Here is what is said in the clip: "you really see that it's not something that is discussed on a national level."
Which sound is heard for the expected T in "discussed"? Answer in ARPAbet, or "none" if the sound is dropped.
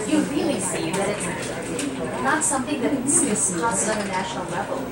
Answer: none